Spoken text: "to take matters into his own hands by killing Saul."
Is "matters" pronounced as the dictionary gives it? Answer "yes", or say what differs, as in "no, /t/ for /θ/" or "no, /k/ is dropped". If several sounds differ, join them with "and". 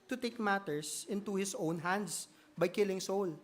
no, /s/ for /z/